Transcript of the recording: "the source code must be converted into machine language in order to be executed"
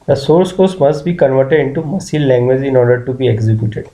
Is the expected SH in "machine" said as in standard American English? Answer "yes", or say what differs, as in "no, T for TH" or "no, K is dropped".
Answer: no, S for SH